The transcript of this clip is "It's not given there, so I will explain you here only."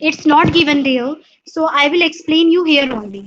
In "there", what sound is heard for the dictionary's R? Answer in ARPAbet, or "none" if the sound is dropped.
L